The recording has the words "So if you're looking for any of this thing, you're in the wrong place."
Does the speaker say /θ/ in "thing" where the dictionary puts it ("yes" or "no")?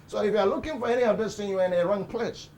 no